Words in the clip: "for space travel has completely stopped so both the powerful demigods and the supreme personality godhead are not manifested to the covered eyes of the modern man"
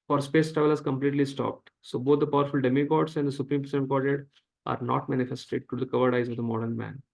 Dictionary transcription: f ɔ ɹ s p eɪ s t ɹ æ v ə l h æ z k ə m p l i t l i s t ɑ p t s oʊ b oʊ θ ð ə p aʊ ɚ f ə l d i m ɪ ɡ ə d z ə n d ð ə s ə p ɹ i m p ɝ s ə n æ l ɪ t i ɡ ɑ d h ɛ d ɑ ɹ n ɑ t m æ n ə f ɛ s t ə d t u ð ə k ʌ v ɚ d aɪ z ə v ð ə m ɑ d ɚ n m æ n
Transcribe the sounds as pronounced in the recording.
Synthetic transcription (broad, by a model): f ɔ ɹ s p eɪ s t ɹ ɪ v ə l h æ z k ə m p l i t l i s t ɑ p t s oʊ b oʊ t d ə p aʊ ɚ f ə l d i m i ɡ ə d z ə n d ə s ə p ɹ i m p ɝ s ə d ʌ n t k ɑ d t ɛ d ɑ ɹ n ɑ t m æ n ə f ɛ s t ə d t u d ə k ʌ v ɚ d aɪ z ə v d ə m ɑ d ɚ n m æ n